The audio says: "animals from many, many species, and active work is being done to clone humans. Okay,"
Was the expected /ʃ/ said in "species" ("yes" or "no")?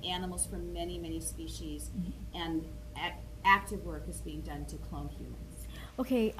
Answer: yes